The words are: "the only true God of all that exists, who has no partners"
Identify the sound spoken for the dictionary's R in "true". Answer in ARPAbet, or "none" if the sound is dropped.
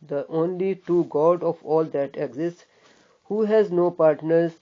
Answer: none